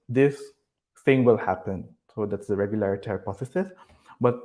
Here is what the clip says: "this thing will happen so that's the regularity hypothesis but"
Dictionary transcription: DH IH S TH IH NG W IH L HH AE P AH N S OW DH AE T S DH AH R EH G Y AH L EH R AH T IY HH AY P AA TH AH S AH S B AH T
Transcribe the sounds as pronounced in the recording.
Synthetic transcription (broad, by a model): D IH S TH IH NG W IH L HH AE P AH N S OW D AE T S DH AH R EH G Y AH L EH R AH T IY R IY P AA S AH S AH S B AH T